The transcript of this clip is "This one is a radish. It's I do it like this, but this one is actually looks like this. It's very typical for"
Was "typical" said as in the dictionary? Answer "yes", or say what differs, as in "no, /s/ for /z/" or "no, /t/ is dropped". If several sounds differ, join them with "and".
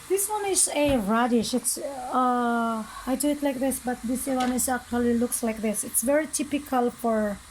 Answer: yes